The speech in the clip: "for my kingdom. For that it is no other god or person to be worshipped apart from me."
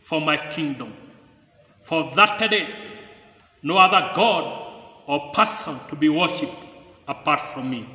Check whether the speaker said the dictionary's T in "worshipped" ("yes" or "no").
yes